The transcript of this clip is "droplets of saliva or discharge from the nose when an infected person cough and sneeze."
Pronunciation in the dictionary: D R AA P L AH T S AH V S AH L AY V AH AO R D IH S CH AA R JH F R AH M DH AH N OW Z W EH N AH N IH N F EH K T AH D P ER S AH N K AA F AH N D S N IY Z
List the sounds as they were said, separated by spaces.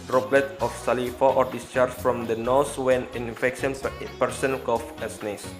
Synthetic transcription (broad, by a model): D R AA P L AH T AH F S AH L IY F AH AO R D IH S CH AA R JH F R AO M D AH N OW S W EH N AH N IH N F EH K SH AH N P ER S AH N K AA F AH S N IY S